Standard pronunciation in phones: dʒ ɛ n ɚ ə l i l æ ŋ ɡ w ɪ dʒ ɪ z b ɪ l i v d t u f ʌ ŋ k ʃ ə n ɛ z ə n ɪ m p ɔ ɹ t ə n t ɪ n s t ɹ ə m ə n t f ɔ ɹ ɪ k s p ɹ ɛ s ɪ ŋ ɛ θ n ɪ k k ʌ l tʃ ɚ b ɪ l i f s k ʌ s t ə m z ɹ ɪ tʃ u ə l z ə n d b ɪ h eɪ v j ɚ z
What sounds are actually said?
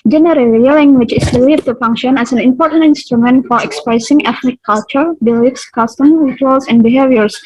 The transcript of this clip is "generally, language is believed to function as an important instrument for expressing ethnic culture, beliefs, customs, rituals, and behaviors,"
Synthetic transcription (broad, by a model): dʒ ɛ n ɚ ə l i l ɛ ŋ ɡ w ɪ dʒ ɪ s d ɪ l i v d t u f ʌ ŋ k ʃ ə n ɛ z ə n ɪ m p ɔ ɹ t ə n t ɪ n s t ɹ ə m ə n t f ɔ ɹ ɪ k s p ɹ ɛ s ɪ ŋ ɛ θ n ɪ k k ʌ l tʃ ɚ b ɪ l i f s k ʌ s t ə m ɹ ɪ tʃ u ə l s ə n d b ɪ h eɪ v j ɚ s